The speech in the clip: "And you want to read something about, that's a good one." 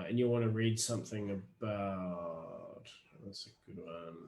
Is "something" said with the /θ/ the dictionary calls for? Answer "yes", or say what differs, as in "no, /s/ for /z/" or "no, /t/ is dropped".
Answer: yes